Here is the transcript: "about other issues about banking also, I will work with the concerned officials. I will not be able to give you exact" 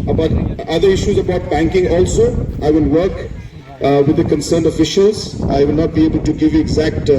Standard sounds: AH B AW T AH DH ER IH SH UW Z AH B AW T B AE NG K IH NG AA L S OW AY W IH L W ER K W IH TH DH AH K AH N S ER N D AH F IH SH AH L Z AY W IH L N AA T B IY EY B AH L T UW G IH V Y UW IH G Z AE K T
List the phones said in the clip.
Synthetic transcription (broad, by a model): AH B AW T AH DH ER IH SH UW Z AH B AW T B AE NG K IH NG AA L S OW AY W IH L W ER K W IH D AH K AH N S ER N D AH F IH SH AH L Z AY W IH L N AA T B IY EY B AH L T UW G IH V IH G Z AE K T